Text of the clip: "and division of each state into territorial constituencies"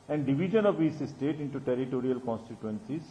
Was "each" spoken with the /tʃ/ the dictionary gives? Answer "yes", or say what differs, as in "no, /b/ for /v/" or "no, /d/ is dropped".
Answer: no, /s/ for /tʃ/